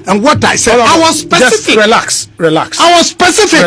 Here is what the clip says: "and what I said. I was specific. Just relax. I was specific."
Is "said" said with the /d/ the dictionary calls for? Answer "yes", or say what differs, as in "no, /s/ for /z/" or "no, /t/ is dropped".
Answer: no, /d/ is dropped